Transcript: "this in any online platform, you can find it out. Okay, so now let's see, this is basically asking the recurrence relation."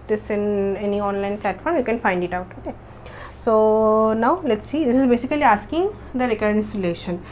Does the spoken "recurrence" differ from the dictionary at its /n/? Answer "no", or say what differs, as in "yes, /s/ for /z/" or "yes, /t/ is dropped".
yes, /n/ is dropped